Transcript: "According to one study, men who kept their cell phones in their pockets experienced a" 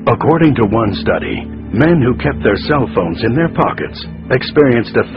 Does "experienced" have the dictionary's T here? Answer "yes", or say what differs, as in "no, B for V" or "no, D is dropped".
yes